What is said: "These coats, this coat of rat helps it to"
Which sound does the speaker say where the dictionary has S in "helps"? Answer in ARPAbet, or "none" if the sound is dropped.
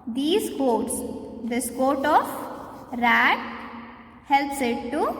S